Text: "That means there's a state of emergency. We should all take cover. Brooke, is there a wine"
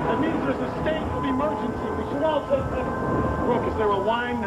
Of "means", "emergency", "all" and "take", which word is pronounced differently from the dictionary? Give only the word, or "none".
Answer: take